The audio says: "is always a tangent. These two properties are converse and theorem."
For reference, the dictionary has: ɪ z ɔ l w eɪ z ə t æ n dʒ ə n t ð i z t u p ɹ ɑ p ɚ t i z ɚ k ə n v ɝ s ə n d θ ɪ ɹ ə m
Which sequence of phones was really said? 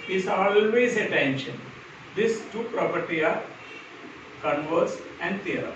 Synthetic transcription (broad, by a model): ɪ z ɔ l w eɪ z ə t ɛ n ʃ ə n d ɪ s t u p ɹ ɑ p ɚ t i ɑ k ə n v ɝ s ə n d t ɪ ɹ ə